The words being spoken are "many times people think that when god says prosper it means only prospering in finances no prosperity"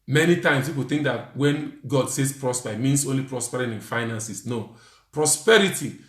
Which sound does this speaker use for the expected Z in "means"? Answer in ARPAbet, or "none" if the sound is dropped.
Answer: S